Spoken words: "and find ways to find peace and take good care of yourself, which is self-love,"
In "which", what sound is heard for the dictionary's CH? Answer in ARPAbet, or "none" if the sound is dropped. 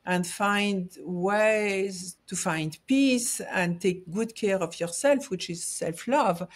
CH